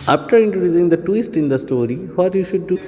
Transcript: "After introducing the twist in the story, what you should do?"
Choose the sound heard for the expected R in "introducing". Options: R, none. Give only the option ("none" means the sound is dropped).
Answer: R